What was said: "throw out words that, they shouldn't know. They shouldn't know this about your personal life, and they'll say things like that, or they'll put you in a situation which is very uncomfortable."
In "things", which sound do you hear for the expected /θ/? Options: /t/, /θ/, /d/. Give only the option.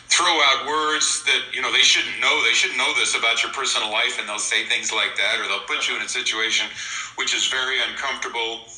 /θ/